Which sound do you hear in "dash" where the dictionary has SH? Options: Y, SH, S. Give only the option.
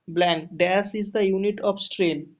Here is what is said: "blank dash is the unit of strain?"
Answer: S